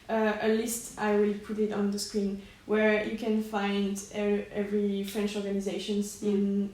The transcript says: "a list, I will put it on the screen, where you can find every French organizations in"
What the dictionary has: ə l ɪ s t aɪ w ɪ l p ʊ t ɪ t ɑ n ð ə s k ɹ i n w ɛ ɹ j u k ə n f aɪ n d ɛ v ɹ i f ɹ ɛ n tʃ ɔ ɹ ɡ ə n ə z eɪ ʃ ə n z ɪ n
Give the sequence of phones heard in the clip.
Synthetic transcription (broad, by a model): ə l ɪ s t aɪ w ɪ l p ʊ t ɪ t ɑ n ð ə s k ɹ i n w ɛ ɹ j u k ə n f aɪ n d ɛ v ɹ i f ɹ ɛ n tʃ ɔ ɹ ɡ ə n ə z eɪ ʃ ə n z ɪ n